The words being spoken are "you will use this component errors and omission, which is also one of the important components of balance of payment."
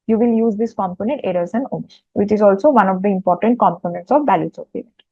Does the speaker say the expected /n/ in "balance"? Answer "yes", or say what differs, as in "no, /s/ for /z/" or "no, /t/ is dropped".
no, /n/ is dropped